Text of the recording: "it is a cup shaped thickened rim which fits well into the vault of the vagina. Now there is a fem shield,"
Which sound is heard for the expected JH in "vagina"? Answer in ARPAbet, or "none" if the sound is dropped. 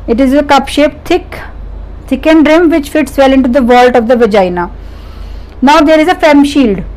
JH